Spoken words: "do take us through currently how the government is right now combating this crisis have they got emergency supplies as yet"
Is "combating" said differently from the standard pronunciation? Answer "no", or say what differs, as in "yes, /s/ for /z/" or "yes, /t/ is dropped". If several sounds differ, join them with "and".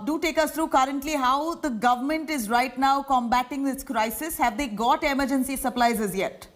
no